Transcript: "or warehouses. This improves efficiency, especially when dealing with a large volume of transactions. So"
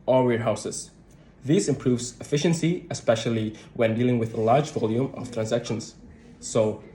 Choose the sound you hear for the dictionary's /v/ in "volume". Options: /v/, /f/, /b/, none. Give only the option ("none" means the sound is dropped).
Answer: /v/